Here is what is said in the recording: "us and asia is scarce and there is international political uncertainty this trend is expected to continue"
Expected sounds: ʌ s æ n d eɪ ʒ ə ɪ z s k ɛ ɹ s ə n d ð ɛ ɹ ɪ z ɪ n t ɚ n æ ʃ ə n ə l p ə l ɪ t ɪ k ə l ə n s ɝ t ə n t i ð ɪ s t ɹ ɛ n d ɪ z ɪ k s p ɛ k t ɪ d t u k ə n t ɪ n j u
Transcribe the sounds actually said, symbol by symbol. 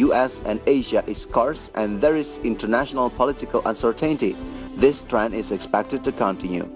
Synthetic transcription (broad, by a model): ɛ s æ n d eɪ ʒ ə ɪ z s k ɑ ɹ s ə n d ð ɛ ɹ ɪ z ɪ n t ɚ n æ ʃ ə n ə l p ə l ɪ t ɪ k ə l ə n s ɝ t ə n t i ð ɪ s t ɹ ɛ n ɪ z ɪ k s p ɛ k t ɪ d t u k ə n t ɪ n j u